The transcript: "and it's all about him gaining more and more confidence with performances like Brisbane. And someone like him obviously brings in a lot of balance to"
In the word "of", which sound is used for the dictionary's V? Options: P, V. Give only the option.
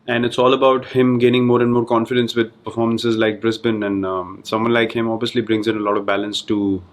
V